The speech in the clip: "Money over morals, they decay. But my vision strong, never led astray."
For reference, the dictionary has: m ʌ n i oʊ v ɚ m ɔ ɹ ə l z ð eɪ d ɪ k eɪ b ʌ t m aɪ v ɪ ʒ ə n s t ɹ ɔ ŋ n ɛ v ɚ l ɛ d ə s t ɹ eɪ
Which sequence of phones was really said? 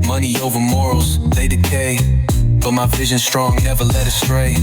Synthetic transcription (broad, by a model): m ʌ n i oʊ v ɚ m ɔ ɹ l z ð eɪ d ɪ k eɪ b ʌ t m aɪ v ɪ ʒ ə n s t ɹ ɔ ŋ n ɛ v ɚ l ɛ d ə s t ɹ eɪ